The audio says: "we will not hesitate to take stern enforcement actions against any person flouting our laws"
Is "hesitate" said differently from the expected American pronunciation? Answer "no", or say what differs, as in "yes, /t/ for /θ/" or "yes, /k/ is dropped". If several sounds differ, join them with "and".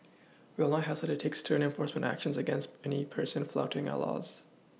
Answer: yes, /s/ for /t/